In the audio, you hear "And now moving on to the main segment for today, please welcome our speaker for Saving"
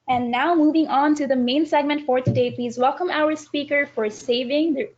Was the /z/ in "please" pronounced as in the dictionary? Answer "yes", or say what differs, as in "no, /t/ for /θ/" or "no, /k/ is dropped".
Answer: yes